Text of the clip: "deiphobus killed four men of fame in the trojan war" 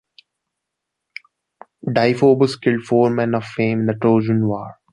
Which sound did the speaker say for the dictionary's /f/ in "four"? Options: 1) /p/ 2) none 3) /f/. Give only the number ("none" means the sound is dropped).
3